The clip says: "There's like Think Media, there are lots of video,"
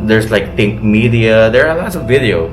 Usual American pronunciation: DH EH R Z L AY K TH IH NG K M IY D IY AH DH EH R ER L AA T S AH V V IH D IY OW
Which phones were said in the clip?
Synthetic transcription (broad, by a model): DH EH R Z L AY K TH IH NG K M IY D IY AH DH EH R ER L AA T AH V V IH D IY OW